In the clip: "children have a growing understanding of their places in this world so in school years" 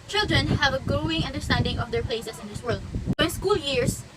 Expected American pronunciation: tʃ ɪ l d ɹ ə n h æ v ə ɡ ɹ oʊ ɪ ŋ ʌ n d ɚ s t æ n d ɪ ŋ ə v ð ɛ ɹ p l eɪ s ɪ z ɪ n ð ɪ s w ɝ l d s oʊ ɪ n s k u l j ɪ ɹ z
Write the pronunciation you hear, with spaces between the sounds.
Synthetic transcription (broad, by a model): tʃ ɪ l d ɹ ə n h æ v ə ɡ ɹ oʊ ɪ ŋ ʌ n d ɚ s t æ n d ɪ ŋ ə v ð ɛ ɹ p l eɪ s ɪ s ɪ n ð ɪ s w ɝ l d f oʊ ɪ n s k u l j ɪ ɹ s